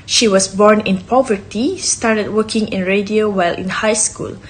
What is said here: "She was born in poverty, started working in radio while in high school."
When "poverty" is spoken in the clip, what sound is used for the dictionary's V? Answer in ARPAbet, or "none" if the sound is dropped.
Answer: V